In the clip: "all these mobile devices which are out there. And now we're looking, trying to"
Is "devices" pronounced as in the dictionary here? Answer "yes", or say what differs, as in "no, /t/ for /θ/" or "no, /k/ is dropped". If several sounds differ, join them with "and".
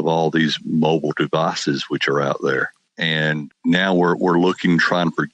yes